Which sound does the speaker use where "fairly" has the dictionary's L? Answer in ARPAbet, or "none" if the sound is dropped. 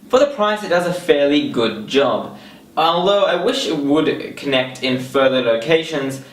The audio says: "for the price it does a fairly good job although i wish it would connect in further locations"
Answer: L